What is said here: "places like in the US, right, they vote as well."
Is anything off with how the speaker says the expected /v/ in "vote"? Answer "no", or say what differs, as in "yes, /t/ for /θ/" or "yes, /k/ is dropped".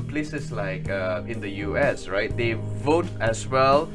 no